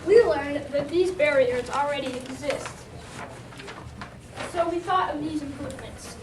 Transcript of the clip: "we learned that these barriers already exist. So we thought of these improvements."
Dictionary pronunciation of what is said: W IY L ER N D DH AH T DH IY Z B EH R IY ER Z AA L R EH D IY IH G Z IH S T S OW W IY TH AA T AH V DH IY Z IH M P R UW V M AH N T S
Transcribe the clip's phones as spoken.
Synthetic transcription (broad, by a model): W IY L ER N DH AH T DH IY Z B EH R IY ER Z L R EH D IY IH G Z IH S T S OW W IY TH AA T AH V DH IY Z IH M P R UW V M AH N T S